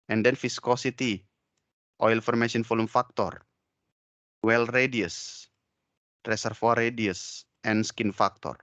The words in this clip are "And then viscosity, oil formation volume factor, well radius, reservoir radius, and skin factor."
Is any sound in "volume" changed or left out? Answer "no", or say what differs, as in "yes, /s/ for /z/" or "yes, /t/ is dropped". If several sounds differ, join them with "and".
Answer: yes, /f/ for /v/